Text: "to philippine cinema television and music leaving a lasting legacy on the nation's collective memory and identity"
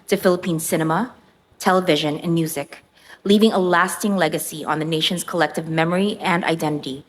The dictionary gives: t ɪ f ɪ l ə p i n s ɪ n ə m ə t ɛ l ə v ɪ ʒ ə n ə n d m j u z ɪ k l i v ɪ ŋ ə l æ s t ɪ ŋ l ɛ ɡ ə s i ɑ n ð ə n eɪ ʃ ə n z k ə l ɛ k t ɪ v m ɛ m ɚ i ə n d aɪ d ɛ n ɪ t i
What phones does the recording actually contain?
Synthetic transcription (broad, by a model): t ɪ f ɪ l ə p i n s ɪ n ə m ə t ɛ l ə v ɪ ʒ ə n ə n m j u z ɪ k l i v ɪ ŋ ə l æ s t ɪ ŋ l ɛ ɡ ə s i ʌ n ð ə n eɪ ʃ ə n z k ə l ɛ k t ɪ v m ɛ m ɚ i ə n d aɪ d ɛ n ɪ t i